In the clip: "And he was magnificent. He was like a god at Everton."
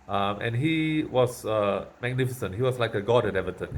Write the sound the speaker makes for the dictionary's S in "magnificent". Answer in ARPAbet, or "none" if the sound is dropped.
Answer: S